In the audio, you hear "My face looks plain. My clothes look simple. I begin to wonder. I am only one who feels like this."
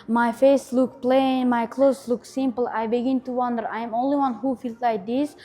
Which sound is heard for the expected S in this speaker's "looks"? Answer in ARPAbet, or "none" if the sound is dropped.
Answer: none